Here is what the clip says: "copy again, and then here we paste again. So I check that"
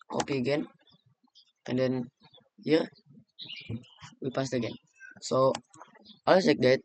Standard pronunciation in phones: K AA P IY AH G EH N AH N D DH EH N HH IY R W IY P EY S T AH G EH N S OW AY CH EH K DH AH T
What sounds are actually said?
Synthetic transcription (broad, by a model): K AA P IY AH G EH N AH N D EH N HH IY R W IY P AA S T AH G EH N S OW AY S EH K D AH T